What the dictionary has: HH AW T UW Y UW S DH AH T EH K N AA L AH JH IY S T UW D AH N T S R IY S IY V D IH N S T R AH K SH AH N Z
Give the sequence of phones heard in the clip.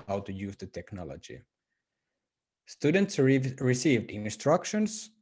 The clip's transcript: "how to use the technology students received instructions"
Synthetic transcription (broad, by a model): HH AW T UW Y UW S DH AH T EH K N AA L AH JH IY S T UW D AH N T S R IY S IY V D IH N S T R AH K SH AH N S